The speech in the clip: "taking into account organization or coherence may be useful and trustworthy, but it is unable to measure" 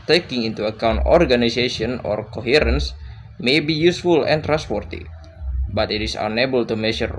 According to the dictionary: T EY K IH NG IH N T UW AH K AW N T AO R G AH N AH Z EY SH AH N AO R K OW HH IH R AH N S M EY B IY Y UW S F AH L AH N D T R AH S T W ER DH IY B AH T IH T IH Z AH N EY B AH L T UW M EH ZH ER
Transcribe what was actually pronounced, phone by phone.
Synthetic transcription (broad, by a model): T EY K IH NG IH N T UW AH K AW N T AO R G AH N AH S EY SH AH N AO R K OW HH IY R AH N S M EY B IY Y UW S F AH L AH N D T R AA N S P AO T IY B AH T IH T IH S AH N EY B AH L T UW M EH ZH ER